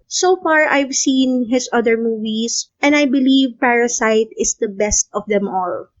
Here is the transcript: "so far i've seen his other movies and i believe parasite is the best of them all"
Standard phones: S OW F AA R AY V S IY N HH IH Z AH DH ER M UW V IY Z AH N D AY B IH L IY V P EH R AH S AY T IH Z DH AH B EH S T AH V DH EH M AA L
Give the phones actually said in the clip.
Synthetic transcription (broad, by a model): S OW F AA R AY V S IY N HH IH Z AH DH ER M UW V IY S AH N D AY B IH L IY V P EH R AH S AY T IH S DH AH B EH S T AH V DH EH M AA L